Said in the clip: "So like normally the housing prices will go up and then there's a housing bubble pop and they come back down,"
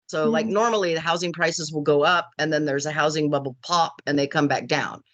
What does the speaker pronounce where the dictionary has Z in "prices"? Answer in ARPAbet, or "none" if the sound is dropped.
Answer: Z